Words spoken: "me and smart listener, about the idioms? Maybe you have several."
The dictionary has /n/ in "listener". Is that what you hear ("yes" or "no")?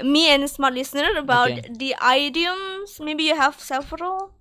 yes